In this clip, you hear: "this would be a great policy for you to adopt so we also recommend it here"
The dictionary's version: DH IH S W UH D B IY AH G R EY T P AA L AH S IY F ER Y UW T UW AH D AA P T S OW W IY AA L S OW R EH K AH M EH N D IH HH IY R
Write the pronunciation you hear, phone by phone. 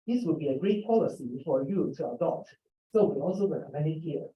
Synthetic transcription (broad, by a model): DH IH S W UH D B IY AH G R EY T P AA L AH S IY F ER Y UW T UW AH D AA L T S OW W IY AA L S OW W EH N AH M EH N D IH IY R